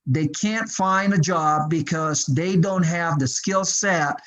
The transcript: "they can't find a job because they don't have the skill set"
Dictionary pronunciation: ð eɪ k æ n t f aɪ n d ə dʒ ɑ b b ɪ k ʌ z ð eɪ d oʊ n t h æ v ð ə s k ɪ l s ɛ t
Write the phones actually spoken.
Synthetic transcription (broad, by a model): ð eɪ k æ n t f aɪ n d ə dʒ ɑ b b ɪ k ʌ z ð eɪ d oʊ n t h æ v ð ə s k ɪ l s ɛ t